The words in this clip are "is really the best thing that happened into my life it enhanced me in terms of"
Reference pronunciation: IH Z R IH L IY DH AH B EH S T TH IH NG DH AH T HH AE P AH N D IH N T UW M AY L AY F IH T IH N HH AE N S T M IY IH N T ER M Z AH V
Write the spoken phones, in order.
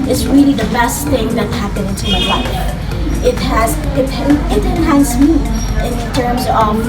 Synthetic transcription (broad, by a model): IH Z R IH L IY DH AH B EH S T TH IH NG DH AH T HH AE P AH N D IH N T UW M AY L AY F IH T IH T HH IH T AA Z M IY IH N T ER M Z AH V